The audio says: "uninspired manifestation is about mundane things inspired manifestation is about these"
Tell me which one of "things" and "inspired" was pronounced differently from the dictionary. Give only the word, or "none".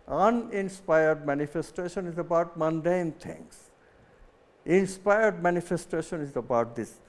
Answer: things